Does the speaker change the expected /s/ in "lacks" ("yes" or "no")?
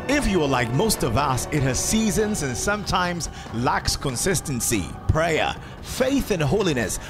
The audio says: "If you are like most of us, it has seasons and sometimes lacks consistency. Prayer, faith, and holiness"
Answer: no